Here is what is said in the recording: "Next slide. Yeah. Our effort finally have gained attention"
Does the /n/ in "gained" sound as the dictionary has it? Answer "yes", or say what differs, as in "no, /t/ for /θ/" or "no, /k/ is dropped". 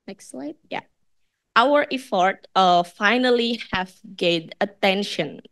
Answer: no, /n/ is dropped